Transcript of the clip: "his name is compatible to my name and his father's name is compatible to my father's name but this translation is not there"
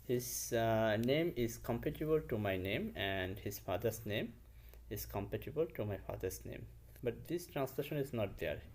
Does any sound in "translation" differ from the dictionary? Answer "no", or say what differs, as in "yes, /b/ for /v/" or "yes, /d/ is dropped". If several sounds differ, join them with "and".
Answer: no